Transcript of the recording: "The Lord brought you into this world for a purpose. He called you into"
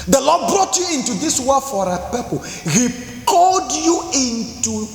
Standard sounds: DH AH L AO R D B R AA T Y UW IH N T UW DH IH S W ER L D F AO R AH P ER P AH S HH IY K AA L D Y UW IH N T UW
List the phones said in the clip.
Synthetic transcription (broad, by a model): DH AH L AO D B R AA T Y UW IH N T UW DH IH S W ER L F AO R AH P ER P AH HH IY K AA L D Y UW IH N T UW